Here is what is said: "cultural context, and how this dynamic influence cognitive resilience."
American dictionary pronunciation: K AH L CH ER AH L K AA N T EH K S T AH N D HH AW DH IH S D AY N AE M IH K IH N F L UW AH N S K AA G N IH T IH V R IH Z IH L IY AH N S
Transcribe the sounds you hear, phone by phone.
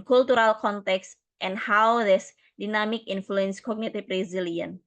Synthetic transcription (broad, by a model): K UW L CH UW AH L K AA N T EH K S T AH N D HH AW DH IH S D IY N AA M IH K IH N F L UW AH N S K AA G N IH T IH B R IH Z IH L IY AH N